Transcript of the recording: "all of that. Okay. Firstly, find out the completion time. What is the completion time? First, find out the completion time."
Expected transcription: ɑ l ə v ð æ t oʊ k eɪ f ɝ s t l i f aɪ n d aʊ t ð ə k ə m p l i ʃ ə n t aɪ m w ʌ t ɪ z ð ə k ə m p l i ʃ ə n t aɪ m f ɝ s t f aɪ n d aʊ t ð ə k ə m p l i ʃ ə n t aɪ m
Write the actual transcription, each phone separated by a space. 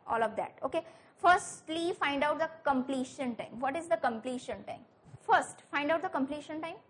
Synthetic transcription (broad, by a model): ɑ l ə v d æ t oʊ k eɪ f ɝ s t l i f aɪ n d aʊ t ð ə k ə m p l i ʃ ə n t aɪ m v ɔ t ɪ z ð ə k ə m p l i ʃ ə n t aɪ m f ɝ s t f aɪ n d aʊ t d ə k ə m p l i ʃ ə n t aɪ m